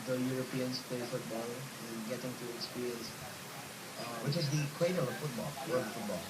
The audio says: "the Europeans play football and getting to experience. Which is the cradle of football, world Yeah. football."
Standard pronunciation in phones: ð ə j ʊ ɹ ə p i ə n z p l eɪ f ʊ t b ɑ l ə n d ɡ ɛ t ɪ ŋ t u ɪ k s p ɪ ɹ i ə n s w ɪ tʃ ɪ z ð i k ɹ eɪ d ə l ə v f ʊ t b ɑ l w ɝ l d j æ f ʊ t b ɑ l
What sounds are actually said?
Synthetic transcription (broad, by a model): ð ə j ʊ ɹ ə p i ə n s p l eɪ f ʊ t b ɑ l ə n ɡ ɛ t ɪ ŋ t u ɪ k s p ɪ ɹ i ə n s w ɪ tʃ ɪ z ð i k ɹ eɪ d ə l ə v f ʊ t b ɑ l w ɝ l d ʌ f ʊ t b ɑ l